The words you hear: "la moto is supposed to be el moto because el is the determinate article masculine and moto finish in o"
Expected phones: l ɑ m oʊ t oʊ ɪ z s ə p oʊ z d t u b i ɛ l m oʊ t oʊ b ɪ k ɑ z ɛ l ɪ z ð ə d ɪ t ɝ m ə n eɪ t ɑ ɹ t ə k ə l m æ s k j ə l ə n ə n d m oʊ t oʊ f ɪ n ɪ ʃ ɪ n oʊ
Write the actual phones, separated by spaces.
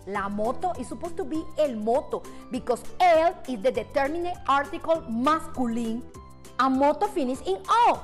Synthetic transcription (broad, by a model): l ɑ m oʊ t oʊ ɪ s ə p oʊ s t u b i ɛ l m oʊ t oʊ b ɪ k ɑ s ɛ l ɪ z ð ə d ɪ t ɝ m ə n eɪ t ɑ ɹ t ə k ə l m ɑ s k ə l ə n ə m oʊ t oʊ f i n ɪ s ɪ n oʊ